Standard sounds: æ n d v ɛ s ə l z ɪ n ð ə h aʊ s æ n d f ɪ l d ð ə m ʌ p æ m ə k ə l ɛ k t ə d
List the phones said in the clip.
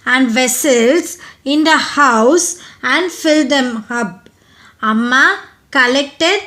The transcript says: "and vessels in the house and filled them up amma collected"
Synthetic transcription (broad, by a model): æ n d v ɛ s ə l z ɪ n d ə h aʊ s æ n d f ɪ l d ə m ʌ b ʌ m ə k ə l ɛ k t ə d